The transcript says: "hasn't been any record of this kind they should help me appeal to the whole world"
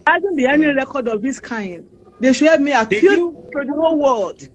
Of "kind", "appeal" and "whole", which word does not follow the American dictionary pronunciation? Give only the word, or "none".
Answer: appeal